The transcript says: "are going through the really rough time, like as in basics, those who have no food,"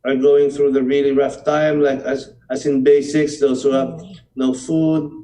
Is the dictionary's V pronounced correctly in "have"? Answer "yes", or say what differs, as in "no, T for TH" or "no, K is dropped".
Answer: no, P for V